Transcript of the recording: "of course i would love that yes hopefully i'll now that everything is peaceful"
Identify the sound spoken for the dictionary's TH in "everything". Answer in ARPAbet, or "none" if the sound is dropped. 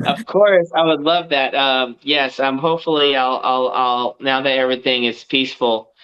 TH